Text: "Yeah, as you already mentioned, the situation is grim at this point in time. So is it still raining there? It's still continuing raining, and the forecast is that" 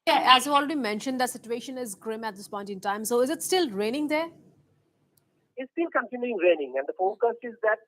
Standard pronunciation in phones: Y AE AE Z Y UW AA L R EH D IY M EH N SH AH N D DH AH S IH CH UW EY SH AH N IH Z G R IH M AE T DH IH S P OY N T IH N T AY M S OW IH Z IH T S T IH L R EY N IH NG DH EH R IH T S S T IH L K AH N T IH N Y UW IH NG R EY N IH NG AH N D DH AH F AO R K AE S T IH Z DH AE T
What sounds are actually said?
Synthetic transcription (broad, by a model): Y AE AE Z Y UW AA L R EH D IY M EH N SH AH N D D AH S IH CH UW EY SH AH N IH Z G R IH M AE T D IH S P OY N T IH N T AY M S OW IH Z IH T S T IH L R EY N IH NG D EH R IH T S S T IH L K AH N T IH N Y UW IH NG R EY N IH NG AH N D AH F AO K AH S IH Z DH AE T